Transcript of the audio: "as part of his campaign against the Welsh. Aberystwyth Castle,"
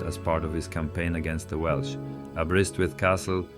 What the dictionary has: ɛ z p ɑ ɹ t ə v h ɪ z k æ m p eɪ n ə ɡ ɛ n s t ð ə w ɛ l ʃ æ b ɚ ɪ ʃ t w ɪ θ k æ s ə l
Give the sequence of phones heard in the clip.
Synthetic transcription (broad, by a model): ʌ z p ɑ ɹ t ə v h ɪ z k æ m p eɪ n ə ɡ ɛ n s t ð ə w ɛ l ʃ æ b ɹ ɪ s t w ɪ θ k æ s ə l